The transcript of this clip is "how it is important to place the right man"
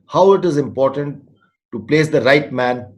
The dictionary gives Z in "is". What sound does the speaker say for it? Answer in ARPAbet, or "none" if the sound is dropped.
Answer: Z